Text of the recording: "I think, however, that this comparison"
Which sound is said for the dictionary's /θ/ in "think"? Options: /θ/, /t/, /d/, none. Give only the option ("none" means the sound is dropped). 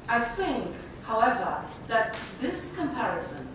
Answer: /θ/